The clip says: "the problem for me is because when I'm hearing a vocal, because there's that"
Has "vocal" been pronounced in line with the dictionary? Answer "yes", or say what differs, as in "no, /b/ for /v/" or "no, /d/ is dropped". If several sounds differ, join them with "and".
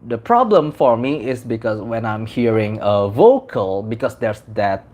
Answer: yes